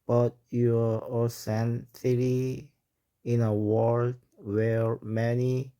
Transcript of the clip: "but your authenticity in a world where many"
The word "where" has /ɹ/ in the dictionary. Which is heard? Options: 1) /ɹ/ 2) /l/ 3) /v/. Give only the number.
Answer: 1